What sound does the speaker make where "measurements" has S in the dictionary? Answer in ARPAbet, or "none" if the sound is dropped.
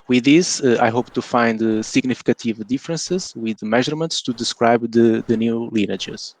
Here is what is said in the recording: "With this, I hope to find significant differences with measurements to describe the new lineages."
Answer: S